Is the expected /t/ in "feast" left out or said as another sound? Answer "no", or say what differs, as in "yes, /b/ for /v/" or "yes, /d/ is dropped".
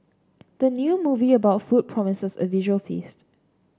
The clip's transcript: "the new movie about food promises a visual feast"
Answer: no